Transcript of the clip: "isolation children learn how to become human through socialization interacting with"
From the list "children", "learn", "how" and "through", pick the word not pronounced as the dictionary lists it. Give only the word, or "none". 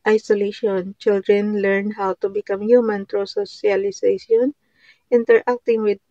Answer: through